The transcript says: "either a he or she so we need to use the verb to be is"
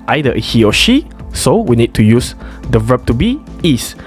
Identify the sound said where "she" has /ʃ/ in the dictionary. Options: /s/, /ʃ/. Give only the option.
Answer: /ʃ/